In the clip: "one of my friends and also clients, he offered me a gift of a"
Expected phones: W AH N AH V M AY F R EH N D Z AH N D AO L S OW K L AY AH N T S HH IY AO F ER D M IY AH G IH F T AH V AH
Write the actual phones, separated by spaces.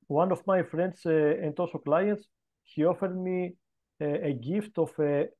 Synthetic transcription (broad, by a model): W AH N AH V M AY F R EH N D S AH N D AO S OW K L AY AH N T S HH IY AO F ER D M IY AH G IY F T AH F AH